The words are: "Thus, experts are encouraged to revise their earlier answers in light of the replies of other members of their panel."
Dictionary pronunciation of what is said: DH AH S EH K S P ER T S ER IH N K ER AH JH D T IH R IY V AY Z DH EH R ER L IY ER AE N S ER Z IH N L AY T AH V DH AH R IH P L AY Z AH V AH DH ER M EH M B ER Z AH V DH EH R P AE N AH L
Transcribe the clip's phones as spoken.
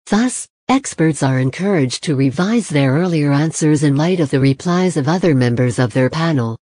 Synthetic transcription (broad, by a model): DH AH S EH K S P ER T S ER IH N K ER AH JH T IH R IY V AY Z DH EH R ER L IY ER AE N S ER Z IH N L AY T AH V DH AH R IH P L AY Z AH V AH DH ER M EH M B ER Z AH V DH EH R P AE N L